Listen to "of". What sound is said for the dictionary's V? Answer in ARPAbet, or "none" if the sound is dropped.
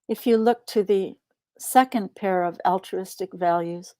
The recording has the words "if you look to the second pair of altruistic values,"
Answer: V